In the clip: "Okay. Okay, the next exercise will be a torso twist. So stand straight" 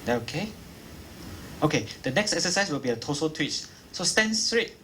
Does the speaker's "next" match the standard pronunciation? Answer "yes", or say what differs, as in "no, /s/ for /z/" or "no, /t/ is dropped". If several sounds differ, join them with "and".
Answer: yes